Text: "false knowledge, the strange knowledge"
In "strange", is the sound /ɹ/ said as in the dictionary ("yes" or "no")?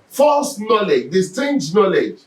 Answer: no